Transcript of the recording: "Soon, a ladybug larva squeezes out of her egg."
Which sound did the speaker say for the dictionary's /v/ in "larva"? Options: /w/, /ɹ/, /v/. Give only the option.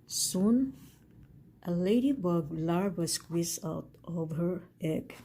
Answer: /w/